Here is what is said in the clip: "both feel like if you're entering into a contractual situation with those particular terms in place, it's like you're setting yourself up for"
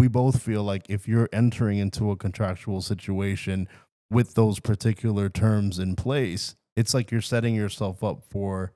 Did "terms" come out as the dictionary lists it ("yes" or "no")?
yes